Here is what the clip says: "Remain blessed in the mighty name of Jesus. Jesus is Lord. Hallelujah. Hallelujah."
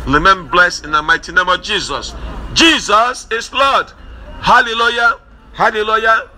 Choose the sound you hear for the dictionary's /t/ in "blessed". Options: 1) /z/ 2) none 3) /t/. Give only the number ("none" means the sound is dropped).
2